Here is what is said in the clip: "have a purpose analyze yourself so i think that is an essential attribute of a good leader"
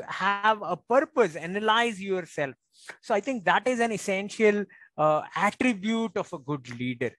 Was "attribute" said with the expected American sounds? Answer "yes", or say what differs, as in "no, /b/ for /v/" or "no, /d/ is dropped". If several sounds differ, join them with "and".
yes